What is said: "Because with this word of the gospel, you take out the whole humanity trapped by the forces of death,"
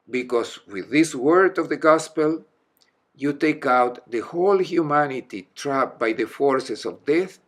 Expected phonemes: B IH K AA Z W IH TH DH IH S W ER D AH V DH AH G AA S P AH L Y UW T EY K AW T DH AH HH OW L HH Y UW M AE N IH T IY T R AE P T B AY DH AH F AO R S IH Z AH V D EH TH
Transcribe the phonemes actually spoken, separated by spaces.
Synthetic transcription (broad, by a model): B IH K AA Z W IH DH IH S W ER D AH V DH AH G AA S P AH L Y UW T EY K AW T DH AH HH OW L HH Y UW M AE N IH T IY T R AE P B AY DH AH F AO R S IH S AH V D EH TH